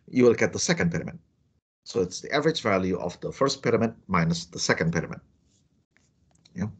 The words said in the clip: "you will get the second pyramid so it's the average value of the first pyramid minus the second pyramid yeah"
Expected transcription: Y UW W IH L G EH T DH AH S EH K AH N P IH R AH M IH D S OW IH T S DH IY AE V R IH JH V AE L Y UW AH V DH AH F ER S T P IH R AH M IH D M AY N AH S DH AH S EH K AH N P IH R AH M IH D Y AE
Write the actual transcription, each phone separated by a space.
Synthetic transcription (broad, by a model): Y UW W IH L G EH T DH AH S EH K AH N P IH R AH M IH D S OW IH T S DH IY AE V R IH JH V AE L Y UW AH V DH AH F ER S T P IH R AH M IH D M AY N AH S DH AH S EH K AH N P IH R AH M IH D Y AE